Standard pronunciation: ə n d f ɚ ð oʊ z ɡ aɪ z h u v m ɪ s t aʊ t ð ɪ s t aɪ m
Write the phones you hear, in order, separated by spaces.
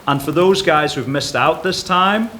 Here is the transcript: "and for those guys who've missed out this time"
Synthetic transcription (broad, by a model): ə n f ɚ ð oʊ z ɡ aɪ z h u v m ɪ s t aʊ t ð ɪ s t aɪ m